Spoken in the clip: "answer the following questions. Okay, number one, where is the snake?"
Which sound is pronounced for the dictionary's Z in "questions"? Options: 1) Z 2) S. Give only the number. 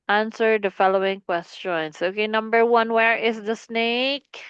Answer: 2